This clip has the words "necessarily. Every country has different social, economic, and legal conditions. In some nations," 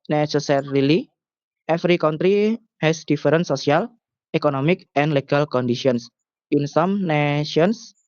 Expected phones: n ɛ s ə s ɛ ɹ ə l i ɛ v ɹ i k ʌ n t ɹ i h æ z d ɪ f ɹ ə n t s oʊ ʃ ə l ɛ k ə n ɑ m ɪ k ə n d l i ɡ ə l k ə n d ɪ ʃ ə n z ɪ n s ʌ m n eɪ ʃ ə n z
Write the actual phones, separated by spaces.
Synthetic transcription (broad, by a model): n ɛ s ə s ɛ ɹ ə l i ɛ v ɹ i k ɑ n t ɹ i h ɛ s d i f ɹ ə n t s oʊ s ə l ɛ k ə n ɑ m ɪ k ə n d l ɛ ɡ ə l k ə n d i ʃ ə n s ɪ n s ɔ m n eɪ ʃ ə n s